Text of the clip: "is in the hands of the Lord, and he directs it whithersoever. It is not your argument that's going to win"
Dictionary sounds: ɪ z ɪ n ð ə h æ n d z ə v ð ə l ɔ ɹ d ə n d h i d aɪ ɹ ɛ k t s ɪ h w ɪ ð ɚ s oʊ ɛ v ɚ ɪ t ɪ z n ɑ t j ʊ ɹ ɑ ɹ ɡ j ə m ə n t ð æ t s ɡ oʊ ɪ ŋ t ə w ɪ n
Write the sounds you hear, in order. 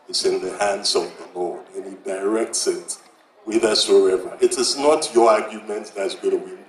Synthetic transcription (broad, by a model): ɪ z ɪ n ð ə h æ n d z ə v ð ə l ɔ ɹ d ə n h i d aɪ ɹ ɛ k t s ɪ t w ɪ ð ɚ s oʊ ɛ v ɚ ɪ t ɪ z n ɑ t j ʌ ɹ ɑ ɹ ɡ j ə m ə n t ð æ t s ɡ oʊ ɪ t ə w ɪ